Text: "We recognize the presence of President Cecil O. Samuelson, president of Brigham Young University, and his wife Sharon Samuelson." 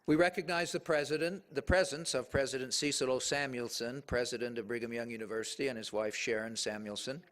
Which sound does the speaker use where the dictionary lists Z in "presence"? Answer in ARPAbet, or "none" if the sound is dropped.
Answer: Z